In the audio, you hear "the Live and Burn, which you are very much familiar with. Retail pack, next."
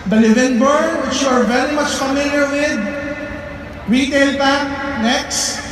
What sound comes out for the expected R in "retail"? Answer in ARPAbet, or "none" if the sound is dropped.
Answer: R